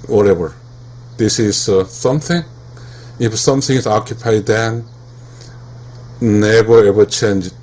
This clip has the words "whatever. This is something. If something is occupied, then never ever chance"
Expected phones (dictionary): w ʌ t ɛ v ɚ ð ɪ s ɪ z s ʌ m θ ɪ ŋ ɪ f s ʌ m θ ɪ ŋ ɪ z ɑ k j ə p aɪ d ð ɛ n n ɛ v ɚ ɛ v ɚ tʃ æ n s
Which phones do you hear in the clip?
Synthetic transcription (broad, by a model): w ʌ t ɛ v ɚ ð ɪ s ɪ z s ʌ m θ ɪ ŋ ɪ f s ʌ m θ ɪ ŋ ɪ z ɑ k j ə p aɪ d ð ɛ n n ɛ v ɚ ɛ w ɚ tʃ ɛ n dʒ